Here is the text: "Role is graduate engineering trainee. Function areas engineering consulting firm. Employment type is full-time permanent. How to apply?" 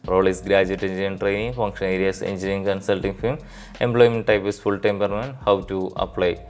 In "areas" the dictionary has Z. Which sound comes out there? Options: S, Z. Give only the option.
S